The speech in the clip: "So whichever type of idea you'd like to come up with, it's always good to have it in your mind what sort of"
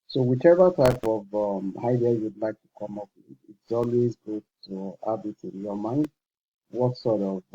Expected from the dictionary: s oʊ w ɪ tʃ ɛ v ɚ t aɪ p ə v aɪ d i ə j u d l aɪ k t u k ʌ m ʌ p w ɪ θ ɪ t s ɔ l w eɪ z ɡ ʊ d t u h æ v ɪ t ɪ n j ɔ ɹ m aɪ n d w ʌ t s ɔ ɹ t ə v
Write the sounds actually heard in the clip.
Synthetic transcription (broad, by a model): s oʊ w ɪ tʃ ɛ v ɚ t aɪ p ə v aɪ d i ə j u d l aɪ k t u k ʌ m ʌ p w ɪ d ɪ t s ɔ l w eɪ z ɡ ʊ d t u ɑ b ɪ t ɪ n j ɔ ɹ m aɪ n d w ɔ t s ɔ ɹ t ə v